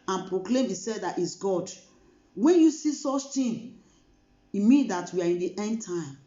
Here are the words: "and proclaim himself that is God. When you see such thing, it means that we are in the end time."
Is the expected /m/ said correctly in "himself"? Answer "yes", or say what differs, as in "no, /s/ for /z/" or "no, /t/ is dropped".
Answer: no, /m/ is dropped